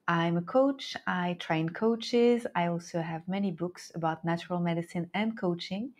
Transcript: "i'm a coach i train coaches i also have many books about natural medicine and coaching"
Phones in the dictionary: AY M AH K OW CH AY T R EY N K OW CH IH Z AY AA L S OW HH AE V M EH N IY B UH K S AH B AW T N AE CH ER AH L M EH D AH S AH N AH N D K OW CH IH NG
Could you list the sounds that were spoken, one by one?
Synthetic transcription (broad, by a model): AY M AH K OW CH AY T R EY N K OW CH IH Z AY AA L S OW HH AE V M EH N IY B UH K S AH B AW T N AE CH ER AH L M EH D AH S AH N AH N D K OW CH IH NG